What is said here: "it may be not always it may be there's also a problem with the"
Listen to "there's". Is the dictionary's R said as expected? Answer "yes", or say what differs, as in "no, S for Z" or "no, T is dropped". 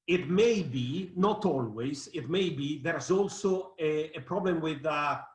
yes